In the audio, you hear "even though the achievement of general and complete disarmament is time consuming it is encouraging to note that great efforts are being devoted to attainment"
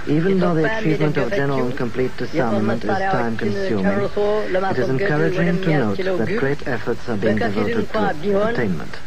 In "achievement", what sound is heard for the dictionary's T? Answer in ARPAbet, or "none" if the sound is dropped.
T